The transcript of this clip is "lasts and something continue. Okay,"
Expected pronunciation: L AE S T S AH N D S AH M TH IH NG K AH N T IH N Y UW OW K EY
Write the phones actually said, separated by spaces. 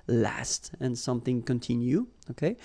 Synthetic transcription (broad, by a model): L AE S T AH N S AH M TH IH NG K AH N T IH N Y UW OW K EY